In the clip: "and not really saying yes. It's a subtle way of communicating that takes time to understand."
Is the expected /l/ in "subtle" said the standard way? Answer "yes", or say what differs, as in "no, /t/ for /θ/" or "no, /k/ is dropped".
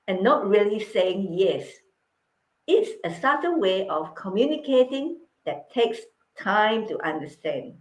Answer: no, /n/ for /l/